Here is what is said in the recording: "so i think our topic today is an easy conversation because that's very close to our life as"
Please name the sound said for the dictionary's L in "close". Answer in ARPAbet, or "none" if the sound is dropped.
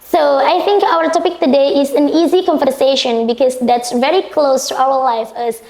L